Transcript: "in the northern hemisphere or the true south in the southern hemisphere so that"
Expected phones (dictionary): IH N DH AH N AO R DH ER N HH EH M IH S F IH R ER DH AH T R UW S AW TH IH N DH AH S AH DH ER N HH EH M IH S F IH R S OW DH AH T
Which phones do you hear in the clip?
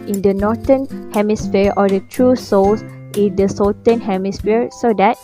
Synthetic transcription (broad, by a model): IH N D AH N AO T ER N HH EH M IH S F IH R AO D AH T R UW S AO S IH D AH S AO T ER N HH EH M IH S F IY R S OW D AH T